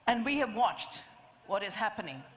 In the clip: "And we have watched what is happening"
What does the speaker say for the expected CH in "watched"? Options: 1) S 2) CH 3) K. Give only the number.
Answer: 2